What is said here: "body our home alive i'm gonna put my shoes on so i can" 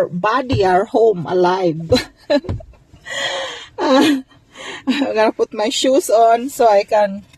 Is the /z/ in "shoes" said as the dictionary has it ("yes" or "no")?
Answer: no